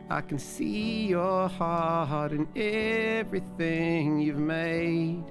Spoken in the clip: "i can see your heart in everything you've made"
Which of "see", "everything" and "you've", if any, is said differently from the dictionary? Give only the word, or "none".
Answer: none